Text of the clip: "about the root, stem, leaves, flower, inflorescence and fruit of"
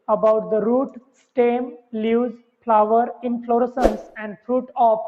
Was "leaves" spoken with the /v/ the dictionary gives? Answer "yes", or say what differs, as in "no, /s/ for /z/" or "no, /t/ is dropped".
no, /v/ is dropped